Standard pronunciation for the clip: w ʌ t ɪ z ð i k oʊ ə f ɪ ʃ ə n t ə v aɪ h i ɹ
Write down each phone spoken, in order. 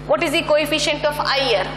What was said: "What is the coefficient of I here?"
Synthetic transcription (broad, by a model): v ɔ t ɪ z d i k oʊ ə f ɪ ʃ ə n t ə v aɪ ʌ ɹ